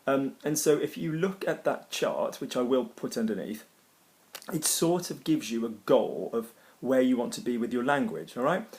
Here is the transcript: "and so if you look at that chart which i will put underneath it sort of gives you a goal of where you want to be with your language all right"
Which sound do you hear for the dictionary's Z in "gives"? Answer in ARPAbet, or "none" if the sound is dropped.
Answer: Z